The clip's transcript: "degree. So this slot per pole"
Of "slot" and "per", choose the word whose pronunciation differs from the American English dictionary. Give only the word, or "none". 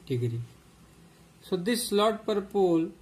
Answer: none